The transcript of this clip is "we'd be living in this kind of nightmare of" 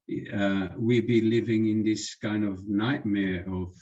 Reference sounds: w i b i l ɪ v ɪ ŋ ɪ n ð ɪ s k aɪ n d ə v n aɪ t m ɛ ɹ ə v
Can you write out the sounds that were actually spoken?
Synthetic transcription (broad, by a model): w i b i l ɪ v ɪ ŋ ɪ n ð ɪ s k aɪ n d ə v n aɪ t m ɛ ɹ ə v